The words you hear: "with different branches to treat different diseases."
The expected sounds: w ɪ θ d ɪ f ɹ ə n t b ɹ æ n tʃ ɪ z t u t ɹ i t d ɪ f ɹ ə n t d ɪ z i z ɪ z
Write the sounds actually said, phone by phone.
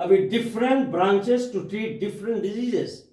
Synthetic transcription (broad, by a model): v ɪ d ɪ f ɹ ə n t b ɹ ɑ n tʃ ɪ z t u t ɹ i t d ɪ f ɹ ə n t d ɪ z i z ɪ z